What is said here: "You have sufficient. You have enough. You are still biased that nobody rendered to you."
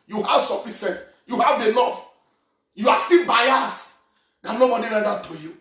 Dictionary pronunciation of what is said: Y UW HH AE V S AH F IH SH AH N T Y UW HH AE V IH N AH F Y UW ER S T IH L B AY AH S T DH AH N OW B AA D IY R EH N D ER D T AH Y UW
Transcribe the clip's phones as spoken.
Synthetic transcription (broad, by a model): Y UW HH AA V S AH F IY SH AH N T Y UW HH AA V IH L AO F Y UW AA S T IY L B AY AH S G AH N OW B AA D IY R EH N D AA T AH Y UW